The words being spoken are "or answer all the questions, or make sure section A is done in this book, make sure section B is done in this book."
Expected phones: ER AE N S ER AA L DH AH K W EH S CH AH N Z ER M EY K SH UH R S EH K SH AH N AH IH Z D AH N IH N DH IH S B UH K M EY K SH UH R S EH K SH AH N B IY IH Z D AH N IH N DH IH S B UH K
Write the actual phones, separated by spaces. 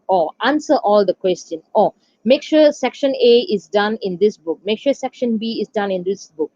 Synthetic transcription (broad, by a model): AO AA N S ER AA L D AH K W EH S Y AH N AO M EY K SH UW S EH K SH AH N AH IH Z D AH N IH N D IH S B UH K M EY K SH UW S EH K SH AH N B IY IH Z D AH N IH N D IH S B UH K